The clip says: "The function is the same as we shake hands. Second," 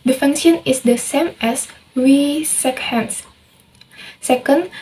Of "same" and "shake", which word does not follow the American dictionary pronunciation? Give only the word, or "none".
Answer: shake